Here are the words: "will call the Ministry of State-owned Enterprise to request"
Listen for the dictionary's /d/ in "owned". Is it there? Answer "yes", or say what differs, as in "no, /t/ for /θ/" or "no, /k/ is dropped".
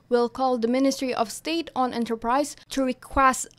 no, /d/ is dropped